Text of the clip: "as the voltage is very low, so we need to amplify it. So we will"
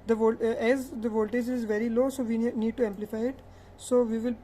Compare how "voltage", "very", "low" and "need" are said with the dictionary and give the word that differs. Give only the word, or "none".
none